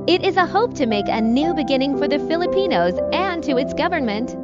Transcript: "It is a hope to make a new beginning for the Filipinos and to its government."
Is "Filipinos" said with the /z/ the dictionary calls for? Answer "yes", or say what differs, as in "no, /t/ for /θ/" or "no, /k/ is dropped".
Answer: yes